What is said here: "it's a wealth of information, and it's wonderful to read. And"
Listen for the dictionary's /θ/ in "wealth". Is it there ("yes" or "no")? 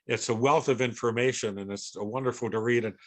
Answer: yes